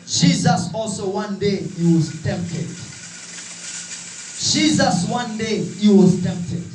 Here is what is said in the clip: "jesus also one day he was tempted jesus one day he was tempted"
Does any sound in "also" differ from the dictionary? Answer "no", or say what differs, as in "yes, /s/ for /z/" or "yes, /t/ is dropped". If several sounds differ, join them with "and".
no